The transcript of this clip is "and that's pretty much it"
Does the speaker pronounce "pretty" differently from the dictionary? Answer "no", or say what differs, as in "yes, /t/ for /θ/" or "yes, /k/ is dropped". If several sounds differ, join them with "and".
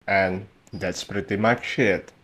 no